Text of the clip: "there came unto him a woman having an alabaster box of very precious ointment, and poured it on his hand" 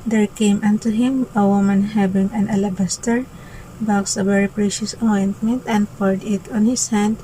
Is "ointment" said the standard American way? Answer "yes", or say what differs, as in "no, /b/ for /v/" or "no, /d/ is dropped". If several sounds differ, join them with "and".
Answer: yes